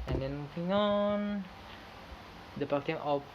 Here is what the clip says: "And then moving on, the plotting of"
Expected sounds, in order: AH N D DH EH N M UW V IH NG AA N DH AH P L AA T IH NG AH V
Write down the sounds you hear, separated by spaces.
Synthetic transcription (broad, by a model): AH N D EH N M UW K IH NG AA N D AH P AA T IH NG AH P